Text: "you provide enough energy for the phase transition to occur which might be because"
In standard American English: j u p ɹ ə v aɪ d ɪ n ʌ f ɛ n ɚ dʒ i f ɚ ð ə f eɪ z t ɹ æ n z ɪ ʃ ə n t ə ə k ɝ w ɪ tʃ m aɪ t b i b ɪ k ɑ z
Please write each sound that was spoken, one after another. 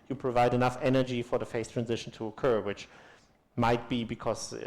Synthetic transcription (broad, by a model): j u p ɹ ə v aɪ d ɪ n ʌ f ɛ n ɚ dʒ i f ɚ ð ə f eɪ s t ɹ æ n z ɪ ʃ ə n t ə ə k ɝ w ɪ tʃ m aɪ t b i b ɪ k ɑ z